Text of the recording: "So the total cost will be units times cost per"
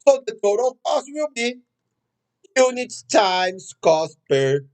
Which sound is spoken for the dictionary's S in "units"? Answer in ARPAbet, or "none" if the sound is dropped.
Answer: none